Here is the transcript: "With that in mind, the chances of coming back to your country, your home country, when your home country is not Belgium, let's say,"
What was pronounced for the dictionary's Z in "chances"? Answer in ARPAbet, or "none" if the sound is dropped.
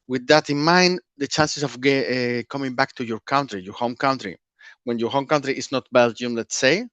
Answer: S